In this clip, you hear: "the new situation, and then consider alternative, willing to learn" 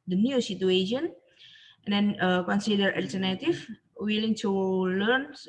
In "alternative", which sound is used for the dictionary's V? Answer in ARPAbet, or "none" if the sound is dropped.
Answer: F